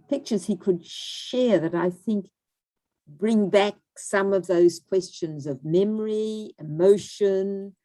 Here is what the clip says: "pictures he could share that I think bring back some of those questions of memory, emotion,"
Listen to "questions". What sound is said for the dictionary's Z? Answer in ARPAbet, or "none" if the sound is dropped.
Z